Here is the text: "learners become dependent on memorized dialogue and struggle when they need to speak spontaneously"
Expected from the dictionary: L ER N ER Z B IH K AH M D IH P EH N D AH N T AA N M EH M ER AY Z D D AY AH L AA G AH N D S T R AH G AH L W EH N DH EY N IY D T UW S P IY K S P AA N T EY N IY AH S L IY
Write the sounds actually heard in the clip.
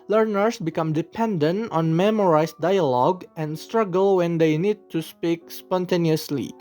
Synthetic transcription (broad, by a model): L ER N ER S B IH K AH M D IH P EH N D AH N T AA N M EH M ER AY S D D AY AH L AA G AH N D S T R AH G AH L W EH N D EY N IY D T UW S P IY K S P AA N T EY N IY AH S L IY